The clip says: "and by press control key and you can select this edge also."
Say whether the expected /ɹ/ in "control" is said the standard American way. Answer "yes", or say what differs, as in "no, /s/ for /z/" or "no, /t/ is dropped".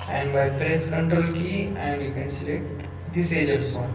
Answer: yes